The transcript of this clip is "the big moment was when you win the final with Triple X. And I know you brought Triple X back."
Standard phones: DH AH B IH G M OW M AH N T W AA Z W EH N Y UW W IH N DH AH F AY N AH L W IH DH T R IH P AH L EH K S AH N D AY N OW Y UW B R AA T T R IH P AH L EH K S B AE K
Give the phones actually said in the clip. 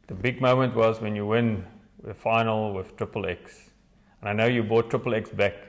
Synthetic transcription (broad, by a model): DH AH B IH G M OW M AH N T W AA Z W EH N Y UW W IH N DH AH F AY N AH L W IH DH T R IH P AH L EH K S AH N AY N OW Y UW B AA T T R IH P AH L EH K S B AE K